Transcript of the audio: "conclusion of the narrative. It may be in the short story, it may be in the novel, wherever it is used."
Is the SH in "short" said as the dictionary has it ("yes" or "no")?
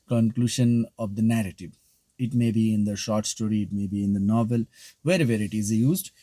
yes